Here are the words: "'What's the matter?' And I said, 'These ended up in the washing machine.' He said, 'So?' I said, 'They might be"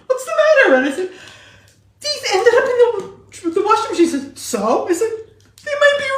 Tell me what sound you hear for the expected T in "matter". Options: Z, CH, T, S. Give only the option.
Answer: T